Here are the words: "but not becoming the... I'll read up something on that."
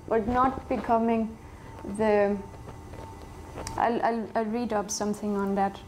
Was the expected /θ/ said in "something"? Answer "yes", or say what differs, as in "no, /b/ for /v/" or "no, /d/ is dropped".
no, /t/ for /θ/